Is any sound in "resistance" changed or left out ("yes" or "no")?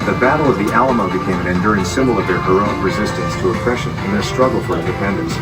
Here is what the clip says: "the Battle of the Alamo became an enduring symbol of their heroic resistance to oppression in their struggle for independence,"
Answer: no